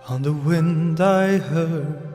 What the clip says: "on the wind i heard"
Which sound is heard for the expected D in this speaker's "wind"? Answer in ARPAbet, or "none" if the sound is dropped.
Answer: D